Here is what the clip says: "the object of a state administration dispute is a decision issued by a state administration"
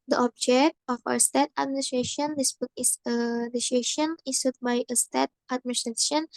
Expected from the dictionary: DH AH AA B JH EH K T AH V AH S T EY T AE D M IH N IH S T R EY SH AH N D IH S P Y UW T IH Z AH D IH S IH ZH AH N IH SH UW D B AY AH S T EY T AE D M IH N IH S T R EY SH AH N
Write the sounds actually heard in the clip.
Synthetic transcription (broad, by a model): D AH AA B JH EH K T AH W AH S T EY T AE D M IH N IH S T R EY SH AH N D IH S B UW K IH S AH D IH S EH SH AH N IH S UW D B AY AH S T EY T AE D M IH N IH S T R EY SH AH N